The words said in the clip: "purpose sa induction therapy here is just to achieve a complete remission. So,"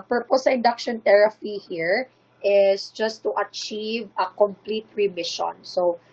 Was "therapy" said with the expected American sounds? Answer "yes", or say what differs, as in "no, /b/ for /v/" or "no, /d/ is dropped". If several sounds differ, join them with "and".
no, /t/ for /θ/